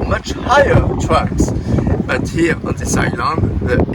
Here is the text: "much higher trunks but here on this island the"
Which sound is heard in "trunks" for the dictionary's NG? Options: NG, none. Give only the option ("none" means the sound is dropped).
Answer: none